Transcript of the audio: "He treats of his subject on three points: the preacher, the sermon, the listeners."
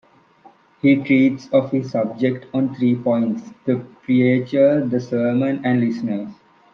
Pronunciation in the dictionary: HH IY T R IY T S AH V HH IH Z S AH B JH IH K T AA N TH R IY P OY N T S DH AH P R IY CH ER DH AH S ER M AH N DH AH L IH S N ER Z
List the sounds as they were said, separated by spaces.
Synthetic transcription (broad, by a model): HH IY T R IY T S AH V HH IH Z S AH B JH IH K T AA N T R IY P OY N T S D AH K R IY CH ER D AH S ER M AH N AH L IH S N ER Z